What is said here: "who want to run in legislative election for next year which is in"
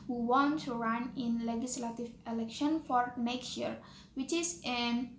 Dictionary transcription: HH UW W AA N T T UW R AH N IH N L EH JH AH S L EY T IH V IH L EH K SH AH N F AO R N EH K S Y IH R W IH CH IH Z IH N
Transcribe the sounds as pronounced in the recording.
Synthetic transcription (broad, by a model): HH UW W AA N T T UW R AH N IH N L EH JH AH S L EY T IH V IH L EH K SH AH N F AO R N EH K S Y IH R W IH CH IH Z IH N